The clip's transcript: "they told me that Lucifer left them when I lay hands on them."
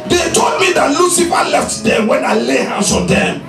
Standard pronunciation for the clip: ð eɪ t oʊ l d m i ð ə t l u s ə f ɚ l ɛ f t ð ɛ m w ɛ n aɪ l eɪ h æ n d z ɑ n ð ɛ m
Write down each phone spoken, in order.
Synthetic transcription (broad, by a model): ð eɪ t oʊ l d m i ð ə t l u s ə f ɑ l ɛ f t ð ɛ w ɛ n aɪ l eɪ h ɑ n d s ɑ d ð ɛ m